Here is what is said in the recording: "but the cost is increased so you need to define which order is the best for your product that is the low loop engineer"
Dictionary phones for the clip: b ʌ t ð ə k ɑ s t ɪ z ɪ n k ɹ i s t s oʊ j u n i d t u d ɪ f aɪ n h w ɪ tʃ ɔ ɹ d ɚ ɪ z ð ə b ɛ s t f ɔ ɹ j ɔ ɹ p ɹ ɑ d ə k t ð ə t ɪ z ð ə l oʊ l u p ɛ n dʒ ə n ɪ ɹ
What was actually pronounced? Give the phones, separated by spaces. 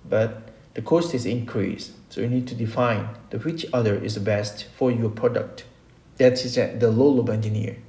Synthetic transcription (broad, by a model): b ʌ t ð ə k ɑ s t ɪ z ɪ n k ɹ i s s oʊ j u n i d t u d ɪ f aɪ n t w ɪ tʃ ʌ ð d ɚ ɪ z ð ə b ɛ s t f ɔ ɹ j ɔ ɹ p ɹ ɑ d ə k t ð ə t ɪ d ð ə l oʊ l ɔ b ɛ n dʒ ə n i ɹ